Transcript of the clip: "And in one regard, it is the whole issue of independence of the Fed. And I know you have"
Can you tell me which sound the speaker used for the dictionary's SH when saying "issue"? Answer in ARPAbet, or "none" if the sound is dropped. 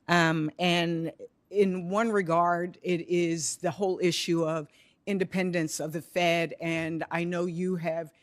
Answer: SH